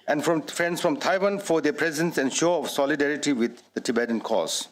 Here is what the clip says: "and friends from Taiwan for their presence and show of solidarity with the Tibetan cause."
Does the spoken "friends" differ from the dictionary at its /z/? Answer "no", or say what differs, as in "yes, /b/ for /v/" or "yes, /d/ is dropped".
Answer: yes, /s/ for /z/